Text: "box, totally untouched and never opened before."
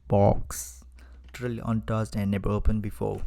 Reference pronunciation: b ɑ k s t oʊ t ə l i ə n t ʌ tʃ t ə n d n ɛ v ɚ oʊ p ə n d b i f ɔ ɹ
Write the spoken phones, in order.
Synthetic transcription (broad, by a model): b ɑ k s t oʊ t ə l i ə n t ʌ s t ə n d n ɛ b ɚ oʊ p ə n b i f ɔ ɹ